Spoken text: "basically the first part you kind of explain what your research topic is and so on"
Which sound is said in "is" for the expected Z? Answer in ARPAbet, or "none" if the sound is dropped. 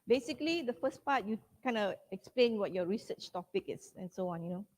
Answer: S